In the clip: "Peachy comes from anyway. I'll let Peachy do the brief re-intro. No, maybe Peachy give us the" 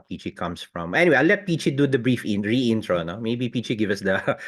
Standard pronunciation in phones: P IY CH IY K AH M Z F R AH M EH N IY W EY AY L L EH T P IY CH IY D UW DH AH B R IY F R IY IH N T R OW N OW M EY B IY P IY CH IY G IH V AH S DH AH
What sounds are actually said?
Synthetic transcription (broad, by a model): P IY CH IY K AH M S F R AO M EH N IY W EY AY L L EH T P IY CH IY D UW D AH B R IY F R IY IH N T R OW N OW M EY B IY P IY CH IY G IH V AH S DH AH